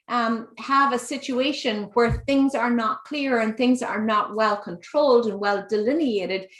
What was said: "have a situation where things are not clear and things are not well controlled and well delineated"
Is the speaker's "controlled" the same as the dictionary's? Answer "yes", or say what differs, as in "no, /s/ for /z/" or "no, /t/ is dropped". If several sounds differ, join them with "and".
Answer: yes